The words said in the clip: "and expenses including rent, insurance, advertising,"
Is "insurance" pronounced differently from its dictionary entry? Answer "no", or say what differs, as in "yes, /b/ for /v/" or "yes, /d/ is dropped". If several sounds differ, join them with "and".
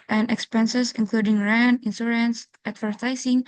yes, /s/ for /ʃ/